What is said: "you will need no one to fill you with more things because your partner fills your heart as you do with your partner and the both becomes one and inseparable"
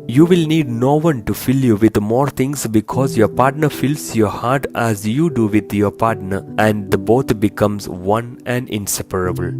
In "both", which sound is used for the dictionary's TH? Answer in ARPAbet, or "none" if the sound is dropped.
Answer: T